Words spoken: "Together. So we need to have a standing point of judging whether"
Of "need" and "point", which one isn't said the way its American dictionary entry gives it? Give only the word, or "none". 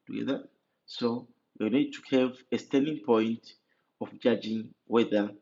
none